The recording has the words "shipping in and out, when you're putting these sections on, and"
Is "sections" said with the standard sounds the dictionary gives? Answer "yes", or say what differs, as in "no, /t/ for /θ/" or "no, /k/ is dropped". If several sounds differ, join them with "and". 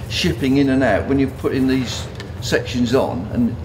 yes